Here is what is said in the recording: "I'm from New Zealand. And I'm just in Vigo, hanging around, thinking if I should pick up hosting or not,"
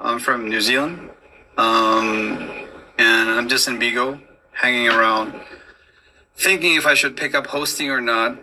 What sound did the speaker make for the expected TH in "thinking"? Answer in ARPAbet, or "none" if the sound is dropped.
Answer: TH